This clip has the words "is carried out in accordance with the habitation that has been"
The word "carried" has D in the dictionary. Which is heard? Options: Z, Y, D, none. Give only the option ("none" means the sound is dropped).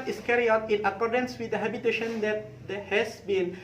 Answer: none